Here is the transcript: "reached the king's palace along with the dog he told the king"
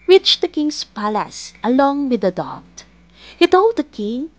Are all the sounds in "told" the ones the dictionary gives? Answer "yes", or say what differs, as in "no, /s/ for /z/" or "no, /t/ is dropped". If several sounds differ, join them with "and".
yes